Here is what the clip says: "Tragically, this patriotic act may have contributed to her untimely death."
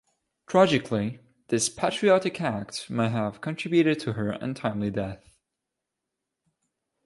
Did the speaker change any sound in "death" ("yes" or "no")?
no